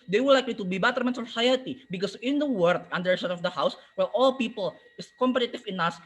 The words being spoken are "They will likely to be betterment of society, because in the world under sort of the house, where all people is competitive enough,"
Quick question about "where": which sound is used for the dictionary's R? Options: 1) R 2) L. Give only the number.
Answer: 2